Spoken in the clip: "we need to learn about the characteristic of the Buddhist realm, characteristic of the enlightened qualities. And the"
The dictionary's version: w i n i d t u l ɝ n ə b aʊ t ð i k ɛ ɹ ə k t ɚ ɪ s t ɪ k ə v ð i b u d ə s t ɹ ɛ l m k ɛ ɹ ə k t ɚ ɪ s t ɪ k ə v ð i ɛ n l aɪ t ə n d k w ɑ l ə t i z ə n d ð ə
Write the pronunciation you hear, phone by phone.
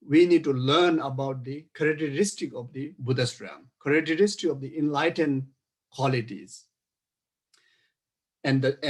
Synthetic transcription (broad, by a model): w i n i d t u l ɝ n ə b aʊ t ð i k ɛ ɹ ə k t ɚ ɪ s t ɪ k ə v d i b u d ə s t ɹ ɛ m k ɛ ɹ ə k t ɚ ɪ s t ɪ k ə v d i ɛ n l aɪ t ə n d k w ɑ l ə t i z ə n d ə